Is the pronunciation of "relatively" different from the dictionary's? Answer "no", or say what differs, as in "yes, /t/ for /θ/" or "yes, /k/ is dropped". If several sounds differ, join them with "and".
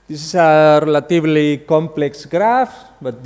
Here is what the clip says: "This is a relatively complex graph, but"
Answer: yes, /b/ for /v/